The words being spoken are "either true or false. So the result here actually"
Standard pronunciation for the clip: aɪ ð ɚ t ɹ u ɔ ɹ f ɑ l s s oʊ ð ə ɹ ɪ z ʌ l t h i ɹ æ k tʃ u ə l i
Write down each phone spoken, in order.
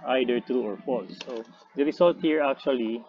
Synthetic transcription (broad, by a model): aɪ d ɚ t ɹ u ɔ ɹ f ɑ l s s oʊ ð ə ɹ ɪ s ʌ l t h i ɹ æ k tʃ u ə l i